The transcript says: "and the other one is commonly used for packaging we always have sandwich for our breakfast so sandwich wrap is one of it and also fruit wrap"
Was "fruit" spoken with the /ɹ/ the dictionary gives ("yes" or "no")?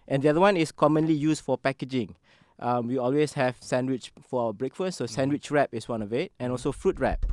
yes